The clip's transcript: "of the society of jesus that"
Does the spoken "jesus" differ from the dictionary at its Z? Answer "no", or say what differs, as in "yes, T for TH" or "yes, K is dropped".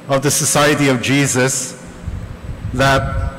no